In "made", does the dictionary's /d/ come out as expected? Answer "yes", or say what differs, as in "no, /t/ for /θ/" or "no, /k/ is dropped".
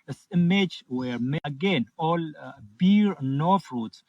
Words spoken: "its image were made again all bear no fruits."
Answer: no, /d/ is dropped